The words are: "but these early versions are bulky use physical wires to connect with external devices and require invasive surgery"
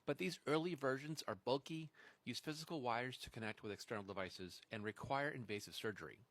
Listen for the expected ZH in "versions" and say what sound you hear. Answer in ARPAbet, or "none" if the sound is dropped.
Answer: ZH